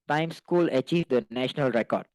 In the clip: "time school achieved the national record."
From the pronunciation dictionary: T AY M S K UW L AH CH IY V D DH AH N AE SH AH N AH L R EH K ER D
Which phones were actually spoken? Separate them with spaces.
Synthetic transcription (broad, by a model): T AY M S K UW L AH CH IY V D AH N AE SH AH N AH L R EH K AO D